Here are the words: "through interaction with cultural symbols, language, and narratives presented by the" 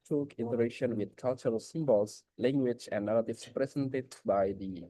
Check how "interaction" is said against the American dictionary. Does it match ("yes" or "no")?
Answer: no